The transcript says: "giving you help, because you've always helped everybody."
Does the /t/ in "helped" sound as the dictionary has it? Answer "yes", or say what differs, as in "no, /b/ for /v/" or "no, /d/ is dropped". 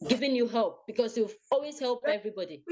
no, /t/ is dropped